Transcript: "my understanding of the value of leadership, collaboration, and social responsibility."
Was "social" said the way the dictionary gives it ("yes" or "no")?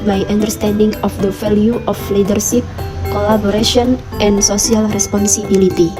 no